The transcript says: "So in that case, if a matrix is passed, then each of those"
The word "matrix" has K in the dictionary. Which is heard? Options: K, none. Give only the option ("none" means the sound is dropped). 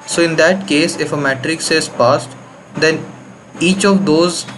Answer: K